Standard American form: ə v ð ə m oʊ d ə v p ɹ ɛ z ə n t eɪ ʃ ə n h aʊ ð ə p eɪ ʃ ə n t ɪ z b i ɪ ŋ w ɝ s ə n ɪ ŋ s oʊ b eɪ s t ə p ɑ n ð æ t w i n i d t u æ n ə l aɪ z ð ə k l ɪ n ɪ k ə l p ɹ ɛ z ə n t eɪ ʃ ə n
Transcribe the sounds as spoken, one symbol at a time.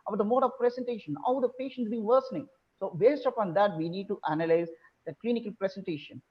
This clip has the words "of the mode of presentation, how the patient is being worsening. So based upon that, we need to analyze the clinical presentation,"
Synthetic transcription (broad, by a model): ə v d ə m oʊ d ə v p ɹ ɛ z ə n t eɪ ʃ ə n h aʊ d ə p eɪ ʃ ə n t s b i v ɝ s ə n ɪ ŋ s oʊ b eɪ s t ə p ɑ n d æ t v i n i d t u æ n ə l aɪ z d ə k l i n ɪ k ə l p ɹ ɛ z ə n t eɪ ʃ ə n